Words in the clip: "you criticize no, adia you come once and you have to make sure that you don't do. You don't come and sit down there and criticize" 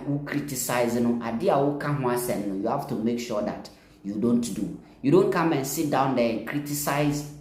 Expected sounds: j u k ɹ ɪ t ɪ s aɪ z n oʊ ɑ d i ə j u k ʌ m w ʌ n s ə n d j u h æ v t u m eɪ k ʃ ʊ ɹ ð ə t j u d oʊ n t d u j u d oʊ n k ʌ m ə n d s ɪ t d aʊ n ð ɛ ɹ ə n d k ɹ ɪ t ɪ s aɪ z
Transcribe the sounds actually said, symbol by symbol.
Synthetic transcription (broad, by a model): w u k ɹ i t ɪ s aɪ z n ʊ ɑ d i ə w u k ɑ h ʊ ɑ s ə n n j u h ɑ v t u m eɪ k ʃ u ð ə t j u d oʊ n t d u j u d oʊ n k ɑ m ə n s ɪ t d aʊ n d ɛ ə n k ɹ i t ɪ s aɪ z